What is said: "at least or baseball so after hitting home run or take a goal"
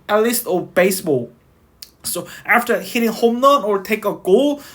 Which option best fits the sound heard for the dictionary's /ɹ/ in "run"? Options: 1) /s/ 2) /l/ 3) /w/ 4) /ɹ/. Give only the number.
2